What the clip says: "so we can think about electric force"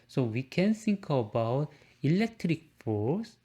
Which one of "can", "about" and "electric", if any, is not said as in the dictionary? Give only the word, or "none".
none